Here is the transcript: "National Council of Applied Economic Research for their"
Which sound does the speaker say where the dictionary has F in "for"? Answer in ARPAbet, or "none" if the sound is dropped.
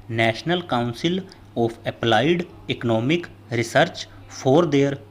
P